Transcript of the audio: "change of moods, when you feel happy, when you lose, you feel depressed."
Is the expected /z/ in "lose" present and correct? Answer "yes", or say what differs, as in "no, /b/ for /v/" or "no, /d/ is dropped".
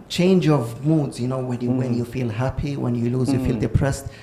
yes